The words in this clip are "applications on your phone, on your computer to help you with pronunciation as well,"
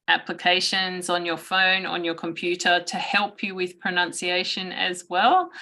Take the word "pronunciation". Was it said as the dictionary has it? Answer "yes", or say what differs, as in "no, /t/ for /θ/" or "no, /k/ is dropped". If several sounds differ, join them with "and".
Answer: yes